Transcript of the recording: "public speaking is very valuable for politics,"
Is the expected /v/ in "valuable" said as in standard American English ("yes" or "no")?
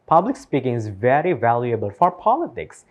yes